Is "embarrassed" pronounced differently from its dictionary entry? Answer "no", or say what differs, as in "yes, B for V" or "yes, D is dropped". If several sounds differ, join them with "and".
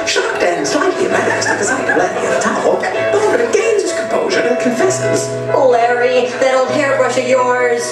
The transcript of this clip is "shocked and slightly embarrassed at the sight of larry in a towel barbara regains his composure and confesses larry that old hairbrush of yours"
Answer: yes, B is dropped